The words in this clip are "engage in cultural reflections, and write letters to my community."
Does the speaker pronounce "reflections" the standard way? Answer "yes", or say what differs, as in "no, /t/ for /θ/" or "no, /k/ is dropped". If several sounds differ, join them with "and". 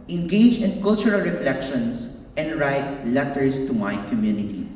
no, /s/ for /z/